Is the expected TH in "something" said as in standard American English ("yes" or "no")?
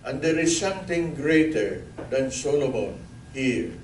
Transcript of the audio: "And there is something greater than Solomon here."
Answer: no